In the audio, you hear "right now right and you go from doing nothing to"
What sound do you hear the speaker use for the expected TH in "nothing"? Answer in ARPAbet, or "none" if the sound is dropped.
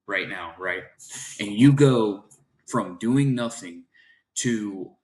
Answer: TH